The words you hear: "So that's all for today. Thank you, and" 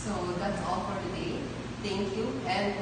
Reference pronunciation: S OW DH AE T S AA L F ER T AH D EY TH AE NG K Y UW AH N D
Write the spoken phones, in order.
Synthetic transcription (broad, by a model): S OW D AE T S AA L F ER T AH D EY T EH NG K Y UW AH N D